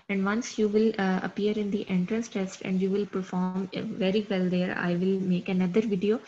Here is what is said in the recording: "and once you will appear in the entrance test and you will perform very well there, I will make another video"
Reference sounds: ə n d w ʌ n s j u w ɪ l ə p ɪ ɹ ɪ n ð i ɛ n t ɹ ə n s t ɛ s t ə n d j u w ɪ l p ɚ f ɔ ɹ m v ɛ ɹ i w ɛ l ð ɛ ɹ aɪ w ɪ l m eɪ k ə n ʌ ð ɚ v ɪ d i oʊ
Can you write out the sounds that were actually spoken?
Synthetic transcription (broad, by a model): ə n d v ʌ n s j u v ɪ l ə p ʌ ɹ ɪ n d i ɛ n t ɹ ə n s t ɛ s t ə n d j u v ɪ l p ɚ f ɔ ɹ m v ɛ ɹ i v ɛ l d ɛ ɹ aɪ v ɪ l m eɪ k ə n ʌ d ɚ v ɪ d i oʊ